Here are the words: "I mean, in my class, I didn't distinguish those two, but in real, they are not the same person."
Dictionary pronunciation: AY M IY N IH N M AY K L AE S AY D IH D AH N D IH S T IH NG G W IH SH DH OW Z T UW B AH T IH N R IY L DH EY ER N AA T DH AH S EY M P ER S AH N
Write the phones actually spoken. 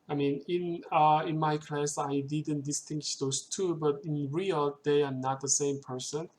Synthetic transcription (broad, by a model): AY M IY N IH N M AY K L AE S AY D IH D AH N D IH S T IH NG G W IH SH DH OW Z T UW B AH T IH N R IY L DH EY ER N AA T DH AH S EY M P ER S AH N